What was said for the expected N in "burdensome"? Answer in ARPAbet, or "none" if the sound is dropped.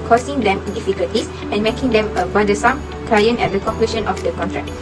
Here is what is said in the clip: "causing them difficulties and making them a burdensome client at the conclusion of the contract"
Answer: none